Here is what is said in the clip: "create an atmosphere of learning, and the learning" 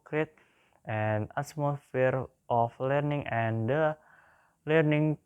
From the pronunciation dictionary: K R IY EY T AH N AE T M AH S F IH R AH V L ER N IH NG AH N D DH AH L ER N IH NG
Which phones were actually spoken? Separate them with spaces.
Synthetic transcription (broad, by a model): K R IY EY T AH N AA S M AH F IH R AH F L ER N IH NG AH N D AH L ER N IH NG